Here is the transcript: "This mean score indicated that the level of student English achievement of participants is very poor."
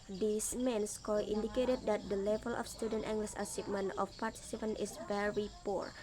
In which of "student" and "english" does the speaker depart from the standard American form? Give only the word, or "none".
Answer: english